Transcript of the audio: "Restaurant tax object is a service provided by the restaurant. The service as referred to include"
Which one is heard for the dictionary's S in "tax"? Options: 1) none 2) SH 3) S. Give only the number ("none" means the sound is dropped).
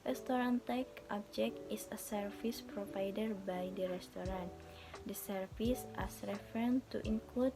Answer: 1